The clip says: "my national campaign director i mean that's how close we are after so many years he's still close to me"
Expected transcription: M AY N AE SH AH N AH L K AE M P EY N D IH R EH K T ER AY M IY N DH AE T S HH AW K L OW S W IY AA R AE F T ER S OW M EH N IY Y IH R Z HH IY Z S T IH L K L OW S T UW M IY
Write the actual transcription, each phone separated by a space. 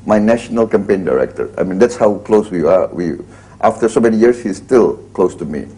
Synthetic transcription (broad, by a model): M AY N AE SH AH N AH L K AE M P EY N D IH R EH K T ER AY M IY N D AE T S HH AW K L OW S W IY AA W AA F T ER S OW M EH N IY Y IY R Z HH IY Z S T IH L K L OW S T UW M IY